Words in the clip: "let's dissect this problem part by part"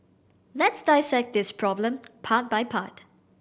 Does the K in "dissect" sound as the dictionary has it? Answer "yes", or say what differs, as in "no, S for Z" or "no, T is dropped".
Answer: yes